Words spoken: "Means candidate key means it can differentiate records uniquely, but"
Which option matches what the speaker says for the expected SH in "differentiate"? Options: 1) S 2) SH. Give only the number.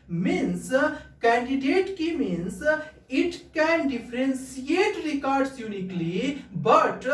1